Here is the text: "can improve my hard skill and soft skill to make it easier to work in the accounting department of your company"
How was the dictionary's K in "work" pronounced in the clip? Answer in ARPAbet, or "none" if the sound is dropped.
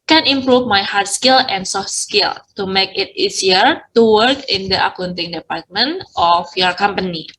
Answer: K